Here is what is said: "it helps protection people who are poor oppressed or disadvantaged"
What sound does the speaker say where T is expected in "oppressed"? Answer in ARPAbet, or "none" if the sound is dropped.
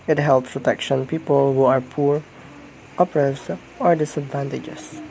none